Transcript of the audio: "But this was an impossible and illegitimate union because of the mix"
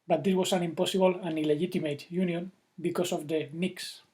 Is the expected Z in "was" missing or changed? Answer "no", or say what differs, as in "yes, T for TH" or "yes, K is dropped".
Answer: yes, S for Z